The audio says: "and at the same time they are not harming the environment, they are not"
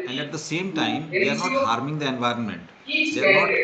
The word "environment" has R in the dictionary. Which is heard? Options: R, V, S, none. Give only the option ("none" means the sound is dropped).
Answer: R